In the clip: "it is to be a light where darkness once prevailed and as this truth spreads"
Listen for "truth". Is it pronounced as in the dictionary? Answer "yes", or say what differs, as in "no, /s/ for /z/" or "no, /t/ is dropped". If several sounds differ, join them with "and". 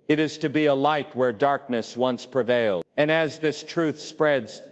yes